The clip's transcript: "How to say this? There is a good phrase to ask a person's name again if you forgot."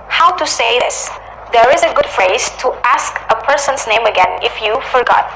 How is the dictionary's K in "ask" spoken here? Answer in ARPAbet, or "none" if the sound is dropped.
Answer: K